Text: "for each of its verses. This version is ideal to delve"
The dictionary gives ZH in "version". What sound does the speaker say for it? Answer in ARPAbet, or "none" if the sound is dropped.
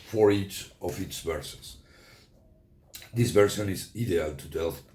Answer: S